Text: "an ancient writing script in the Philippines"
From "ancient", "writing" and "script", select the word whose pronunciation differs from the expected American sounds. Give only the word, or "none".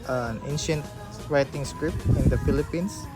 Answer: script